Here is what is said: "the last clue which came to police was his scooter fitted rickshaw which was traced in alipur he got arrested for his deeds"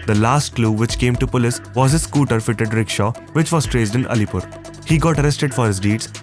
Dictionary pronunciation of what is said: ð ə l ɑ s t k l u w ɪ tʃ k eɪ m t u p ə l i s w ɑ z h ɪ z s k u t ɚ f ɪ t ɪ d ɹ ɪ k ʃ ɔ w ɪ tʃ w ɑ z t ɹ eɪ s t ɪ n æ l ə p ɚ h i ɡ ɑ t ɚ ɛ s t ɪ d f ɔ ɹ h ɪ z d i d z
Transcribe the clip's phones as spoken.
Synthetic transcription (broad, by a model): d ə l ɑ s t k l u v ɪ tʃ k eɪ m t u p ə l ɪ s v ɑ z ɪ s k u t ɚ f ɪ t ɪ d ɹ ɪ k ʃ ɔ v ɪ tʃ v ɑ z t ɹ eɪ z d ɪ n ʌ l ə p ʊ h i ɡ ɑ t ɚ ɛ s t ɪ d f ɔ ɹ h ɪ z d i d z